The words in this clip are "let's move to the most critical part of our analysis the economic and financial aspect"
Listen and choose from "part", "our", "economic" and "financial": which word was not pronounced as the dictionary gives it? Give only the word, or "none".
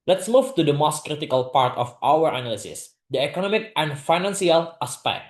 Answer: financial